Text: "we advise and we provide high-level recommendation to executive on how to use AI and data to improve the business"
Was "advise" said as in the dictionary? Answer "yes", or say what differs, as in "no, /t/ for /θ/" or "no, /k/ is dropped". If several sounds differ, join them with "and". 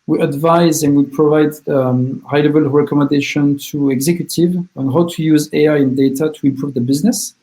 yes